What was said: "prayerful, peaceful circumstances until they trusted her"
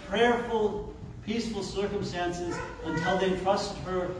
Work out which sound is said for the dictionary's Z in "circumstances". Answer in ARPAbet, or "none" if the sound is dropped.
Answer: Z